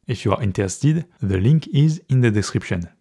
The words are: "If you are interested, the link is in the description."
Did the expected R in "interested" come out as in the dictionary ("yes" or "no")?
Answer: no